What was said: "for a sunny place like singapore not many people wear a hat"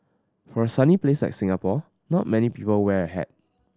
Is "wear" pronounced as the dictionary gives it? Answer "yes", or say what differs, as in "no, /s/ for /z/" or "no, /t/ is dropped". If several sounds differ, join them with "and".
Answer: yes